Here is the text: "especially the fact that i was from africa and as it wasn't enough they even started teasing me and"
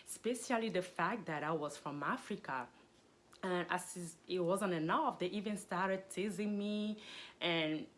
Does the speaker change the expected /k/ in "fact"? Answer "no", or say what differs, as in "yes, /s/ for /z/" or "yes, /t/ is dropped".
no